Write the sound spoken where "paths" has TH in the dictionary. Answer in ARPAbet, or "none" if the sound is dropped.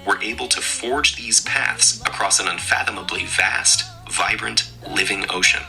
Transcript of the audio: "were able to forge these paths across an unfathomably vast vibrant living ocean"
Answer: TH